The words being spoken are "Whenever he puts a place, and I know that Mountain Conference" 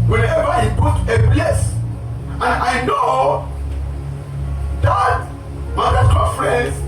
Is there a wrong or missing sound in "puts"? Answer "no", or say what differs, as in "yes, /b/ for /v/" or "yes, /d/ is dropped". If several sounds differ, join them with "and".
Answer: yes, /s/ is dropped